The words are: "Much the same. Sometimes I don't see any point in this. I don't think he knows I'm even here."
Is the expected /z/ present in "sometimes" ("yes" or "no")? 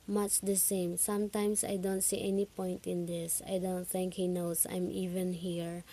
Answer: no